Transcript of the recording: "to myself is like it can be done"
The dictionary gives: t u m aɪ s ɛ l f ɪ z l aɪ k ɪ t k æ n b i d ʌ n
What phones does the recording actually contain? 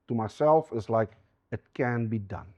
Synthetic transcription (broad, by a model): t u m aɪ s ɛ l f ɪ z l aɪ k ɪ t k æ n b i d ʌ n